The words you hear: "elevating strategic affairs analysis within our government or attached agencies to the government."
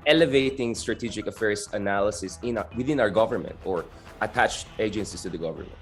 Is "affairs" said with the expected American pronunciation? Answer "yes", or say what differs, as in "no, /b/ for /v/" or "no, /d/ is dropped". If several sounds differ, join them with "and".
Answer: no, /s/ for /z/